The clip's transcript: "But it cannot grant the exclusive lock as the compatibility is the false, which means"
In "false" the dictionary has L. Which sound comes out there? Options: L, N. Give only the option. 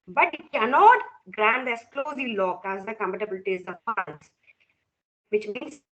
N